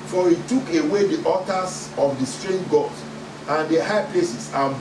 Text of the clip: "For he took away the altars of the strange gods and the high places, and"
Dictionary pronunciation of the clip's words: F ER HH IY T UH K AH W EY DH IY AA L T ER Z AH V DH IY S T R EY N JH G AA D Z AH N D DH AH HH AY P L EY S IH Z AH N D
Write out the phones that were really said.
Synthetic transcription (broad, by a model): F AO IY T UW K AH W EY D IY AA T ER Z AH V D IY S T R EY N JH G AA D AH N D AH HH AY P L EY S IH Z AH